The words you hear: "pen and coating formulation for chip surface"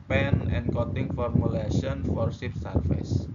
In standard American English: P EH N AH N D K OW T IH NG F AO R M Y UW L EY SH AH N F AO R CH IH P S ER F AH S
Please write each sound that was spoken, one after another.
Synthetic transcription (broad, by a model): P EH N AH N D K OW T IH NG F AO R M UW L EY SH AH N F AO R S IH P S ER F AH S